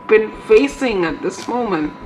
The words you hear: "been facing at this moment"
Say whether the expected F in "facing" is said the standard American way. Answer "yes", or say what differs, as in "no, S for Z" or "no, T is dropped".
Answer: yes